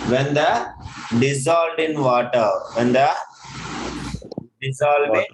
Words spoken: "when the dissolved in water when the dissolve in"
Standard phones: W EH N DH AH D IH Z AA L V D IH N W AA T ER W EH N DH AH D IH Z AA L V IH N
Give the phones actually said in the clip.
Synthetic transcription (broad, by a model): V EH N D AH D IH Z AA L D IH N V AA T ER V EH N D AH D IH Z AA L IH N